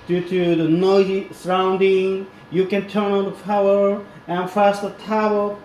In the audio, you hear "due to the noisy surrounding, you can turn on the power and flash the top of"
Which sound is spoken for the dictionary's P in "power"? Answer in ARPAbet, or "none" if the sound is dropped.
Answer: F